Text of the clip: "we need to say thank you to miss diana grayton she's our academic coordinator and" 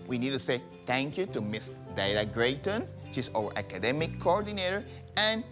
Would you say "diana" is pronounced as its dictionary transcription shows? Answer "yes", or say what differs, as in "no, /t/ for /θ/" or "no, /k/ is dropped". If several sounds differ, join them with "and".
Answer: no, /l/ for /n/